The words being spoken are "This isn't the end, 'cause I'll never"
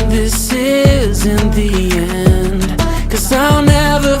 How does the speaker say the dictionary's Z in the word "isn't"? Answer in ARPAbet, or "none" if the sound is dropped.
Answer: Z